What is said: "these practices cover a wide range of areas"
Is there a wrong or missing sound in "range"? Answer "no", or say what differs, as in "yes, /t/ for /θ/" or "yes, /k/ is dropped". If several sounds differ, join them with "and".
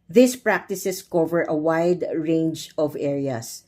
no